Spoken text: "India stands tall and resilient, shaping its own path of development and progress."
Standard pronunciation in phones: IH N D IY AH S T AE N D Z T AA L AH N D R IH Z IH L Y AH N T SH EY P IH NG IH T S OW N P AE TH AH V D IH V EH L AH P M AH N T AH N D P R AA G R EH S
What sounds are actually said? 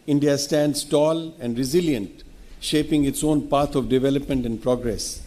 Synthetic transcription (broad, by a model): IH N D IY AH S T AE N D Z T AA L AH N D R IH Z IH L Y AH N T SH EY P IH NG IH T S OW N P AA T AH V D IH V EH L AH P M AH N T AH N D P R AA G R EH S